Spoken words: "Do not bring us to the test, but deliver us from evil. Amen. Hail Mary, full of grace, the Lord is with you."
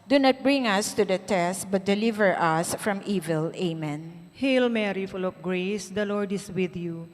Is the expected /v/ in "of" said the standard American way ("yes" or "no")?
no